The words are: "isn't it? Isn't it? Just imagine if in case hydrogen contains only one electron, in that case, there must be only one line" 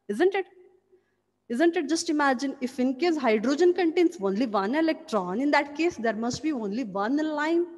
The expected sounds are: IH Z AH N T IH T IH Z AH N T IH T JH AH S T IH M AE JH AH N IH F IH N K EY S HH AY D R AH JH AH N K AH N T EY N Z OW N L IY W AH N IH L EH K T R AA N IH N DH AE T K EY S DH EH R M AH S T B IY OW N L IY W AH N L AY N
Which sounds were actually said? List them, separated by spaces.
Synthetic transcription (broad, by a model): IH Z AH N T IH T IH Z AH N T IH T JH AH S T IH M AE JH AH N IH F IH N K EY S HH AY D R AH JH AH N K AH N T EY N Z OW N L IY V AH N IH L EH K T R AA N IH N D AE T K EY S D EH R M AH S T B IY OW N L IY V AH N L AY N